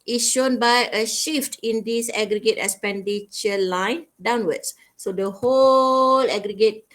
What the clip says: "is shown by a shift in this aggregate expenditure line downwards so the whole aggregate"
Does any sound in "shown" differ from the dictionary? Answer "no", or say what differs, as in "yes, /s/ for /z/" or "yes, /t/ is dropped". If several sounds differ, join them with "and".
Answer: no